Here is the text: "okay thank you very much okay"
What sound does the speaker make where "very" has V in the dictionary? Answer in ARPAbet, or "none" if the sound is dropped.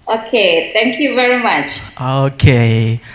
V